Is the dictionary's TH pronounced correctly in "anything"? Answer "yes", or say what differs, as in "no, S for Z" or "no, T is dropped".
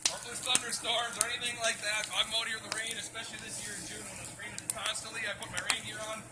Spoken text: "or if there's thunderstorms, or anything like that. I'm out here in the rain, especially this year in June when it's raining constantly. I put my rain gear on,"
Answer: yes